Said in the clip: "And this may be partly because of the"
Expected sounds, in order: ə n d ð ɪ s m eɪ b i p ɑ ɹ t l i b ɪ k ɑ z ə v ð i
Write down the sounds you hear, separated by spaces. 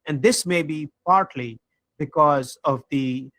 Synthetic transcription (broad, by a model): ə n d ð ɪ s m eɪ b i p ɑ ɹ t l i b ɪ k ɑ z ə v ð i